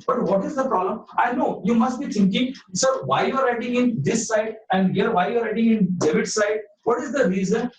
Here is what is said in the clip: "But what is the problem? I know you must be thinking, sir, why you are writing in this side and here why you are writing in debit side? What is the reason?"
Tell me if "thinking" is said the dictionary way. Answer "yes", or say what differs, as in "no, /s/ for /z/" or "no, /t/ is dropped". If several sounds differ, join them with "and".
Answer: no, /t/ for /θ/